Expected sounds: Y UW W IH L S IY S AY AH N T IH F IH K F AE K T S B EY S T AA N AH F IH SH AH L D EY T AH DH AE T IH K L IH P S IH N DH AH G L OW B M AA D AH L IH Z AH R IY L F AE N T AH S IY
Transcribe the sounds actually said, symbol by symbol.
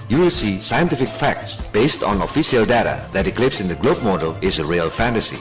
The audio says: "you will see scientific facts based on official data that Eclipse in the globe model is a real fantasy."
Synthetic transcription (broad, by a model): Y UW W IH L S IY S AY AH N T IH F IH K F AE K T S B EY S T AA N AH F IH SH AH L D EY T AH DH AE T IH K L IH P S IH N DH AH G L OW B M AA D AH L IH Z AH R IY L F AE N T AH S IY